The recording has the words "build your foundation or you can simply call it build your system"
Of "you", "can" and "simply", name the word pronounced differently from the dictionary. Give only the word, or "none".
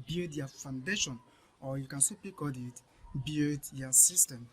simply